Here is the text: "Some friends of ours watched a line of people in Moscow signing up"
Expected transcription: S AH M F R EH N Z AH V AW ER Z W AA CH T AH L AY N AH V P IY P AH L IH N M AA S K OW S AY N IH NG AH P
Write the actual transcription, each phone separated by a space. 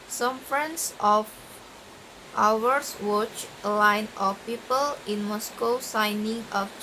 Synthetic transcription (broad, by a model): S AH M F R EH N S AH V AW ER S W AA CH AH L AY N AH F P IY P AH L IH N M AA S K OW S AY N IH NG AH